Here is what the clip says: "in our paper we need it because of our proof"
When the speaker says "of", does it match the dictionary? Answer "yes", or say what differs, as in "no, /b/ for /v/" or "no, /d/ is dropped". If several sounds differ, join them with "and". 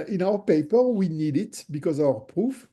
no, /w/ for /v/